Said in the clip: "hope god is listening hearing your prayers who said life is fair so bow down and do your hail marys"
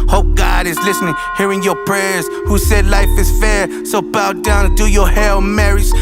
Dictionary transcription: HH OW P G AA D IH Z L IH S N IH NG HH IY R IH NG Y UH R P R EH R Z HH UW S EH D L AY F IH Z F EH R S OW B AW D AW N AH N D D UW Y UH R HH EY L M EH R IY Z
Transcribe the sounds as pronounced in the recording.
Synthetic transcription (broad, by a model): HH OW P G AA D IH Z L IH S N IH NG HH IY R IH NG Y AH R P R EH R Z HH UW S EH D L AY F IH Z F EH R S OW B AW D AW AH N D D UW Y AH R HH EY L M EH R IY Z